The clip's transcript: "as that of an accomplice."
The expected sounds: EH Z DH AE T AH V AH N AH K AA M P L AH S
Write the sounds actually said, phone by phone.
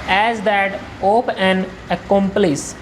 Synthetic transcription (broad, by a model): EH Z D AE T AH P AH N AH K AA M P L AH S